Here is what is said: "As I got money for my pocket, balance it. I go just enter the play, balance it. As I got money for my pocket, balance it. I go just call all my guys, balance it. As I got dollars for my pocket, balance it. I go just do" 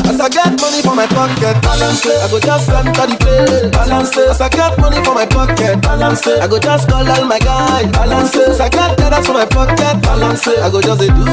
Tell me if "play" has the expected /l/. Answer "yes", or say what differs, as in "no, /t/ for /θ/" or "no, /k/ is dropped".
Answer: no, /l/ is dropped